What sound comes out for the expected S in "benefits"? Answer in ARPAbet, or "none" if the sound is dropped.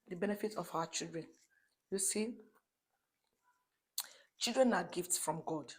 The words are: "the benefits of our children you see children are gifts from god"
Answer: none